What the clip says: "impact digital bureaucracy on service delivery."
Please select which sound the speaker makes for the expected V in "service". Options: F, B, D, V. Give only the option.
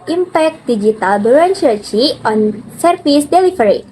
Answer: F